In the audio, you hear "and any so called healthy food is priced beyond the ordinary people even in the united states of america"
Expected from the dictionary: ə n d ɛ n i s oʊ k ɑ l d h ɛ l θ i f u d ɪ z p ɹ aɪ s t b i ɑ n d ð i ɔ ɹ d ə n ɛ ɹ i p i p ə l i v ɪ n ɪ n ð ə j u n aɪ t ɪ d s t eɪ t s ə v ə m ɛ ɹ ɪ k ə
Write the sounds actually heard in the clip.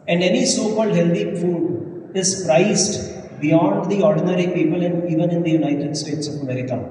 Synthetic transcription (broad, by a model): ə n d ɛ n i s oʊ k ɑ l d h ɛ l t i f u d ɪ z p ɹ aɪ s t b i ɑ n d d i ɔ ɹ d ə n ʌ ɹ i p i p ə l i v ɪ n ɪ n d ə j u n aɪ t ɪ d s t eɪ t s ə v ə m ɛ ɹ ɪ k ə